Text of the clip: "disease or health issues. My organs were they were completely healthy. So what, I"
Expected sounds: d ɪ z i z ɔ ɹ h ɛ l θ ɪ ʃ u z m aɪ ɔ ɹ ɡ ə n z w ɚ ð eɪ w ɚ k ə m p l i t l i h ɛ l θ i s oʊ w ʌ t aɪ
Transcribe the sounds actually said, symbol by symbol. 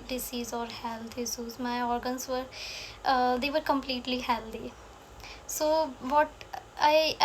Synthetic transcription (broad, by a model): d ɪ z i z ɔ ɹ h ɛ l t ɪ s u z m aɪ ɔ ɹ ɡ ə n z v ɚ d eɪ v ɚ k ə m p l i t l i h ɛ l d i s oʊ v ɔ t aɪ